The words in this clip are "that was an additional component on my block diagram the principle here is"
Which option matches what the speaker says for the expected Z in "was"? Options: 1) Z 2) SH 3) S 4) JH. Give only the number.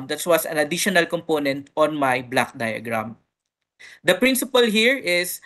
3